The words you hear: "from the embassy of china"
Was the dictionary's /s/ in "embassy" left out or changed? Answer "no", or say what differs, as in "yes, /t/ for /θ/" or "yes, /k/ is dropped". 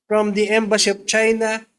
yes, /ʃ/ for /s/